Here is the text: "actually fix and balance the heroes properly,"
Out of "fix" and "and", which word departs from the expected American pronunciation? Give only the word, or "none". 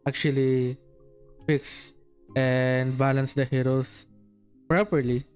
none